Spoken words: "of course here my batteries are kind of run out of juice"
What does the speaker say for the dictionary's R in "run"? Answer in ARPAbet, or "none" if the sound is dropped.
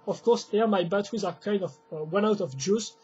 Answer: W